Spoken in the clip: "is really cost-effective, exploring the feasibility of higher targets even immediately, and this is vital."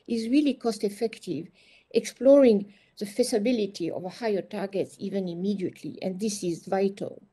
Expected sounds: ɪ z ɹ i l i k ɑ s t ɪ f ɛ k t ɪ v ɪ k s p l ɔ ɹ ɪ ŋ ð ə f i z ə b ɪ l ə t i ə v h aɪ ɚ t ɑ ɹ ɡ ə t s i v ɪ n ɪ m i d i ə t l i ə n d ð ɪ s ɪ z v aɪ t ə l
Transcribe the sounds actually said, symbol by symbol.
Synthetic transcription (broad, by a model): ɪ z ɹ i l i k ɑ s t ɪ f ɛ k t ɪ v ɪ k s p l ɔ ɹ ɪ ŋ ð ə f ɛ s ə b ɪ l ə t i ə v h aɪ ɚ t ɑ ɹ ɡ ə t s i v ɪ n ɪ m i d i ə t l i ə n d ð ɪ s ɪ z v aɪ t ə l